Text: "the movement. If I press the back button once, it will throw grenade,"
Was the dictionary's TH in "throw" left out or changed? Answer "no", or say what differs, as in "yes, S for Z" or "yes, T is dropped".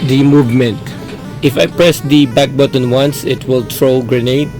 yes, T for TH